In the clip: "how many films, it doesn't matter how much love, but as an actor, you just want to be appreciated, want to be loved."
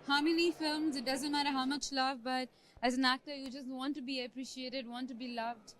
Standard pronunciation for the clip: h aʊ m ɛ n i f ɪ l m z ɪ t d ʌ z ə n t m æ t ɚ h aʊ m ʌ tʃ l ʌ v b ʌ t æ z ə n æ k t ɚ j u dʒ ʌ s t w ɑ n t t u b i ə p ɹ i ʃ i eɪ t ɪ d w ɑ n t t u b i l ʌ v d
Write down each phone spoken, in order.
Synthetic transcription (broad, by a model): h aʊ m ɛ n i f ɪ l m z ɪ t d ʌ z ə n t m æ t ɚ h aʊ m ʌ tʃ l ʌ v b ʌ t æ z ə n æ k t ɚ j u dʒ ʌ s t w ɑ n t t u b i ə p ɹ i ʃ i eɪ t ɪ d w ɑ n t t u b i l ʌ v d